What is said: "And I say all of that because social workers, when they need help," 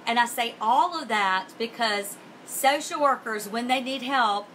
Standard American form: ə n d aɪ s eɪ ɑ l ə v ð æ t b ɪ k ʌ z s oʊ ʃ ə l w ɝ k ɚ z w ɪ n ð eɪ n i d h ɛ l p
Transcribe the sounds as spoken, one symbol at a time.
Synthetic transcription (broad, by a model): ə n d aɪ s eɪ ɑ l ə v ð æ t b ɪ k ʌ z s oʊ ʃ l w ɝ k ɚ z w ɪ n ð eɪ n i d h ɛ l p